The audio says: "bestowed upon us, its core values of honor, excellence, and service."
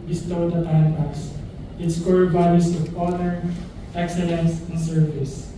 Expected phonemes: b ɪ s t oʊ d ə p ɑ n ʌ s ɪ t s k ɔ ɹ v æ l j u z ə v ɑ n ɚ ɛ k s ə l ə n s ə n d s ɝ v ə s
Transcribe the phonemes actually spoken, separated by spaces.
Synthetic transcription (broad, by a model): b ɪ s t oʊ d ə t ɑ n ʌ s ɪ t s k ɔ ɹ b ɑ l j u s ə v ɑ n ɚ ɛ k s ə l ə n s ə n s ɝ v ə s